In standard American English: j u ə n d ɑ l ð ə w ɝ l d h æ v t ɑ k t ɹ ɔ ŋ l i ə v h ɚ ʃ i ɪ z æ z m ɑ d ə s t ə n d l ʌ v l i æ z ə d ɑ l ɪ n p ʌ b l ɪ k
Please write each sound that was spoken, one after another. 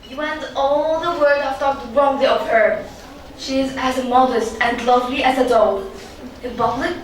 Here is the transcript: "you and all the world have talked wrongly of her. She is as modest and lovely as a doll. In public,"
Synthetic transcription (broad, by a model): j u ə n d ɑ l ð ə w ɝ d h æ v t ɑ k t ɹ ɔ ŋ l i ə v h ɚ ʃ i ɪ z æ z m ɑ d ə s t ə n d l ʌ v l i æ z ə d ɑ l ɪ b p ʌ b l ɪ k